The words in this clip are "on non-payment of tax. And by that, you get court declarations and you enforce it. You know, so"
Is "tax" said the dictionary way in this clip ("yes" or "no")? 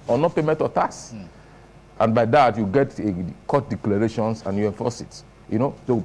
no